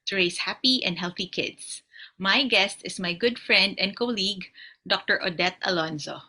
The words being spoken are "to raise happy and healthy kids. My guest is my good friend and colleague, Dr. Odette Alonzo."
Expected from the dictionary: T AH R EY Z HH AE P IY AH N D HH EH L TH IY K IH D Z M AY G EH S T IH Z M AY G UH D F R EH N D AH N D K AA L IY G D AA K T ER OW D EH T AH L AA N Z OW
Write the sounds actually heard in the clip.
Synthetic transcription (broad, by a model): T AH R EY S HH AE P IY AH N D HH EH L TH IY K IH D S M AY G EH S T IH S M AY G UH D F R EH N D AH N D K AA L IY G D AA K T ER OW D EH T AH L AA N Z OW